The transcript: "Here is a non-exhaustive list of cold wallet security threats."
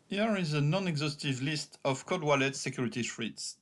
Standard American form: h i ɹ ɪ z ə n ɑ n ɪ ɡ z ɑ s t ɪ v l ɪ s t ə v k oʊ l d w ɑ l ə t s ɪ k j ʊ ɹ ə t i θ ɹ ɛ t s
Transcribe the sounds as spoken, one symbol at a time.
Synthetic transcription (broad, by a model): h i ɹ ɪ z ə n ɑ n ɪ ɡ z ɑ s t ɪ v l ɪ s t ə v k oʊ d w ɑ l ə t s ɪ k j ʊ ɹ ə t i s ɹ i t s